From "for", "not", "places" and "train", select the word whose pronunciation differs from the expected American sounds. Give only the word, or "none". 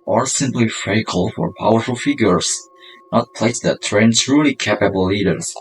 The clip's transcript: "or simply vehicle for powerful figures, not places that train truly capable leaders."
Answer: places